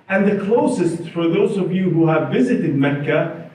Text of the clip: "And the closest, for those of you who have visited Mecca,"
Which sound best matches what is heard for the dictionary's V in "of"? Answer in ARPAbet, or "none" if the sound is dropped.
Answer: V